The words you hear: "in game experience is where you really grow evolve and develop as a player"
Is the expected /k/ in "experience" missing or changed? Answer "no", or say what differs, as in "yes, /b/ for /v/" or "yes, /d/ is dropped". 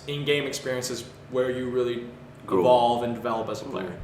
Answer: no